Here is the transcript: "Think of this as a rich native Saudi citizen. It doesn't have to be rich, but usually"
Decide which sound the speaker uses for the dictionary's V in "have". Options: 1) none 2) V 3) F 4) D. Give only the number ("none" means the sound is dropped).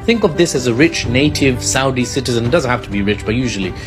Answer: 3